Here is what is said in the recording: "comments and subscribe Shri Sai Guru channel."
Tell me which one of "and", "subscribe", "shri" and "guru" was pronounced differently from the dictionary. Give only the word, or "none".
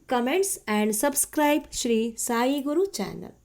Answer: none